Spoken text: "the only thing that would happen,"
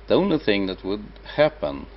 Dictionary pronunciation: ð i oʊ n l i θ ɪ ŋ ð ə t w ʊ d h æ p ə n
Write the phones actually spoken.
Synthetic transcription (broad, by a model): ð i oʊ n l i θ ɪ ŋ ð ə t w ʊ d h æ p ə n